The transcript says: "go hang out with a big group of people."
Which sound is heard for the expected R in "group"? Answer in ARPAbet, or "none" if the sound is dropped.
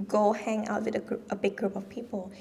R